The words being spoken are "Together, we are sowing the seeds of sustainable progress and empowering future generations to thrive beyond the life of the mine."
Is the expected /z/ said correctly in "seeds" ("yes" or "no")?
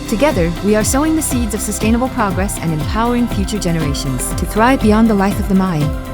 yes